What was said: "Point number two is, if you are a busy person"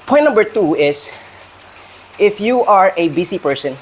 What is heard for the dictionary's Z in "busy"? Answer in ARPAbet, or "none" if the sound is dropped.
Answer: S